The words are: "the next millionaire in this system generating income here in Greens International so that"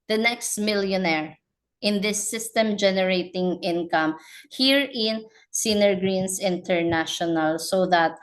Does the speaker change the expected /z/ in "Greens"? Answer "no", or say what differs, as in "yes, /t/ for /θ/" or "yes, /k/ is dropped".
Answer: yes, /s/ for /z/